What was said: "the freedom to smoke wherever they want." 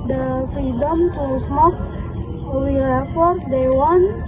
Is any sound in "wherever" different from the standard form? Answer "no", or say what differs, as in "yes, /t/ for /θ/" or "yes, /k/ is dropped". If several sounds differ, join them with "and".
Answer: yes, /f/ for /v/